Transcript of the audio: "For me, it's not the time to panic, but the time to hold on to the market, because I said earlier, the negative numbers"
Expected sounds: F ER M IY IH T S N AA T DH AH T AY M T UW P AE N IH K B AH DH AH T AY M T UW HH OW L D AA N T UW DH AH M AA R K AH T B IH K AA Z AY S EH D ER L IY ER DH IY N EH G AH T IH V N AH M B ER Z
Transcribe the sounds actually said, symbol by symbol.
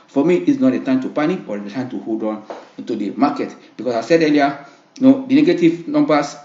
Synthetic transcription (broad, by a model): F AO M IY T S N AA T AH T AY M T UW P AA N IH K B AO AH T AY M T UW HH OW L D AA N T UW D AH M AA K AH T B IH K AA S AY S EH D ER L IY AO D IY N EH G AH T IH V N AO M B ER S